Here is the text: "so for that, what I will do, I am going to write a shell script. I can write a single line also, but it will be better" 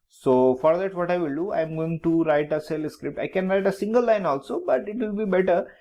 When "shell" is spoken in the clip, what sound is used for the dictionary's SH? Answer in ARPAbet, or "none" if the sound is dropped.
S